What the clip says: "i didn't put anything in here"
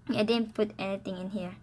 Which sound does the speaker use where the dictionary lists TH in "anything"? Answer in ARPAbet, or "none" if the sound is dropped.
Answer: T